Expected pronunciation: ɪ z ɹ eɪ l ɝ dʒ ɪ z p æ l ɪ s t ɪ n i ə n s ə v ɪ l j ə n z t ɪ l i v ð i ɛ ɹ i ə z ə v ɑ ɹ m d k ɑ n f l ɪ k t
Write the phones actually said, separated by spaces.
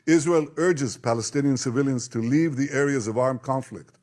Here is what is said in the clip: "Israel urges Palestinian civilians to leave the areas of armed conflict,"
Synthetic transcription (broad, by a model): ɪ z ɹ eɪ l ɝ dʒ ɪ z p æ l ɪ s t ɪ n i ə n s ə v ɪ l j ə n z t ɪ l i v ð i ɛ ɹ i ə z ə v ɑ ɹ m k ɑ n f l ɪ k t